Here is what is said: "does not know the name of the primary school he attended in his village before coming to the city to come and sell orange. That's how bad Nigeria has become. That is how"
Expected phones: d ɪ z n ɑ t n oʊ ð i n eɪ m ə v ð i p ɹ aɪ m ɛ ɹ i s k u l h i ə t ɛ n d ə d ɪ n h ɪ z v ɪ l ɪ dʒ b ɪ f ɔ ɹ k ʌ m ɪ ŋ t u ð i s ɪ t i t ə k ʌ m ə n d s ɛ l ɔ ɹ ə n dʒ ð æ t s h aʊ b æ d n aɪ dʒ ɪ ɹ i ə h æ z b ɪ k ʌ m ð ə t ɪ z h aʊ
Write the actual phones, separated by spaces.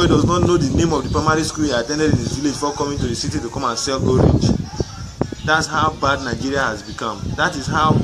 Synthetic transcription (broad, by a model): d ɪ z n ɑ t n oʊ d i n eɪ m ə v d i p ɹ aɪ m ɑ ɹ i s k u l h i ə t ɛ n d ə d ɪ n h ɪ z v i l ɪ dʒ f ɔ k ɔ m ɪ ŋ t u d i s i t i t ə k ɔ m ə n s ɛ l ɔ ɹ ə dʒ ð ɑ t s h aʊ b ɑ d n aɪ dʒ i ɹ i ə h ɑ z b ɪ k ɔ m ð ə t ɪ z h aʊ